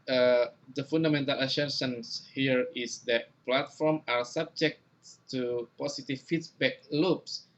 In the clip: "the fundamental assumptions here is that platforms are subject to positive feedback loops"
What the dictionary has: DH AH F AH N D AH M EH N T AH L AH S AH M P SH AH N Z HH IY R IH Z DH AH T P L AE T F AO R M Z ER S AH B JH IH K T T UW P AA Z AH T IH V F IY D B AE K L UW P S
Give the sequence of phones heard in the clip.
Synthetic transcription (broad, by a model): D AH F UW N D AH M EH N T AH L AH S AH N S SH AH N S HH IY R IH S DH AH T P L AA T F AO R M AA S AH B JH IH K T T UW P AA S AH T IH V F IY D B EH K L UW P S